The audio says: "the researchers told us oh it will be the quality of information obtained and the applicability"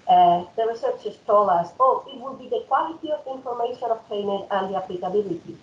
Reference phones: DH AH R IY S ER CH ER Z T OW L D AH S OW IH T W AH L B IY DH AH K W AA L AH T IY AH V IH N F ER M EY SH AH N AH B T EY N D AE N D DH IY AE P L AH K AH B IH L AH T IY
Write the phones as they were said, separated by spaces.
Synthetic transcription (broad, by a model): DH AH R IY S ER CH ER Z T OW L AH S OW IH T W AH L B IY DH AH K W AA L AH T IY AH V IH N F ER M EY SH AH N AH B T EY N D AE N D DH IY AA P L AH K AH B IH L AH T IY